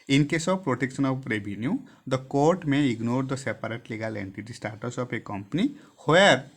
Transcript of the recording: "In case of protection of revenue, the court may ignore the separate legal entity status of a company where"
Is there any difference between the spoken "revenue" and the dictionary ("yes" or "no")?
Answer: yes